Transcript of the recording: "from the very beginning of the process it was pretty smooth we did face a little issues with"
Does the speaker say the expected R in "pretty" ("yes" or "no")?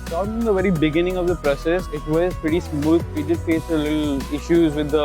no